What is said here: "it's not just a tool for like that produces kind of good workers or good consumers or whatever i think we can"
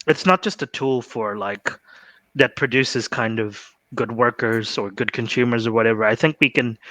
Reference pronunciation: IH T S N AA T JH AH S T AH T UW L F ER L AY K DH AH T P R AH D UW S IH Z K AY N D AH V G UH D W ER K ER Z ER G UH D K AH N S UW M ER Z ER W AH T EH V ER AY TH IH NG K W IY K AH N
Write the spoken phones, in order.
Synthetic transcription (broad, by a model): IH T S N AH T JH AH S T AH T UW L F ER L AY K DH AH T P R AH D UW S IH Z K AY N D AH V G UH D W ER K ER Z ER G UH D K AH N S UW M ER Z ER W AH T EH V ER AY TH IH NG K W IY K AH N